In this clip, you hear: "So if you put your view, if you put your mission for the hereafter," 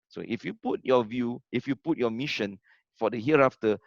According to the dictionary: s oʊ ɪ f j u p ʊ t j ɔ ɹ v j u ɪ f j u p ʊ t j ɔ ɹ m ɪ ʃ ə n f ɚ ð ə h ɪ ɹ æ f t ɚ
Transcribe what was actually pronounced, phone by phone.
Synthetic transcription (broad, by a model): s oʊ ɪ f j u p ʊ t j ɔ v j u ɪ f j u p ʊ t j ɔ m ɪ ʃ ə n f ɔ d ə h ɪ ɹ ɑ f t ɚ